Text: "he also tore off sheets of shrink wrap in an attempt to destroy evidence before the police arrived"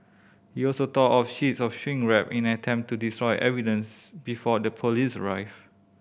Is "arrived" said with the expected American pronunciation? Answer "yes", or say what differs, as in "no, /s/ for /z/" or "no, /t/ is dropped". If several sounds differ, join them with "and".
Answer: no, /d/ is dropped